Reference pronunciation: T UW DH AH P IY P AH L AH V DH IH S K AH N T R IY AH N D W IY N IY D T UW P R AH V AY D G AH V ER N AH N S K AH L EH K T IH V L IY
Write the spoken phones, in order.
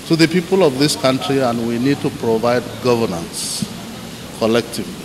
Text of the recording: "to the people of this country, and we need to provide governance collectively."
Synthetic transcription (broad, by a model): T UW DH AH P IY P AH L AH V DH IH S K AH N T R IY AH N D W IY N IY D T UW P R AH V AY D G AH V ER N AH N S K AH L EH K T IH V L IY